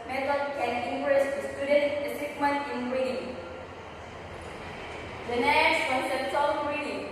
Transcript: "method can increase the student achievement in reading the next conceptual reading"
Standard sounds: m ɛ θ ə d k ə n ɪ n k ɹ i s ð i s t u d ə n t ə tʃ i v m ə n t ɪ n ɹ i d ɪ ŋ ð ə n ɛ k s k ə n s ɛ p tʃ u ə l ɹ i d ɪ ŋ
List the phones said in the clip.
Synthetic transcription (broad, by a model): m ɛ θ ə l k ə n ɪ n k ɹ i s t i s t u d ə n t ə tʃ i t m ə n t ɪ n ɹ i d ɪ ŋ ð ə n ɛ s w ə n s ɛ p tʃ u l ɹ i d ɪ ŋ